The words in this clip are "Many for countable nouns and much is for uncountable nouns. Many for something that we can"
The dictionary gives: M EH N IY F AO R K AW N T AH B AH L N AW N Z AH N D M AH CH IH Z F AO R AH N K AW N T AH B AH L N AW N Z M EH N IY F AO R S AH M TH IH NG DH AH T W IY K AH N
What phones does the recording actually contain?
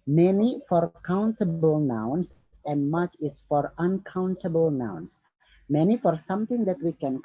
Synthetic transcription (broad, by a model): M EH N IY F AO R K AW N T AH B AH L N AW N S AH N D M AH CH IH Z F AO R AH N K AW N T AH B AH L N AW N S M EH N IY F AO R S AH M T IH NG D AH T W IY K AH N